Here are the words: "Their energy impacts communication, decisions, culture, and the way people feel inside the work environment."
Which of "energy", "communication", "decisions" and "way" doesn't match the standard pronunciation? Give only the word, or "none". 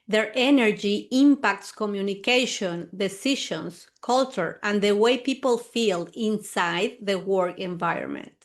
decisions